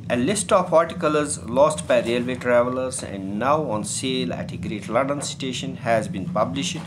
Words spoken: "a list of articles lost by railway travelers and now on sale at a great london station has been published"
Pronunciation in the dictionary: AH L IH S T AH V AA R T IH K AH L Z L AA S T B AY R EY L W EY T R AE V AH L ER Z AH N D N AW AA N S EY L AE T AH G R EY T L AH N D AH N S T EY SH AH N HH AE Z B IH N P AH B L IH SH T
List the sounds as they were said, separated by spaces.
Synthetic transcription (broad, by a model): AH L IH S T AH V AA R T IH K AH L Z L AA S T B AY R EY L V EY T R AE V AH L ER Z AH N D N AW AA N S EY L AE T AH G R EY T L AH N D AH N S T EY SH AH N HH AE Z B IH N P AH B L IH SH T